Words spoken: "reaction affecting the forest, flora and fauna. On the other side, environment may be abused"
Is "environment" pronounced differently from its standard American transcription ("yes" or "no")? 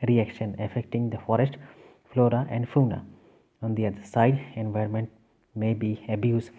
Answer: no